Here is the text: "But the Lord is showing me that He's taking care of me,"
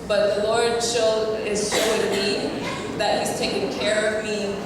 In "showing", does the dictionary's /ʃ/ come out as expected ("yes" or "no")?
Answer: no